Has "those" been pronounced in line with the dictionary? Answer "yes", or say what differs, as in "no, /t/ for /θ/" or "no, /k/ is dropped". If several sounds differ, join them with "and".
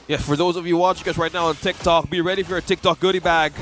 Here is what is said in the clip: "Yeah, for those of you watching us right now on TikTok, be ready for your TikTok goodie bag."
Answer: yes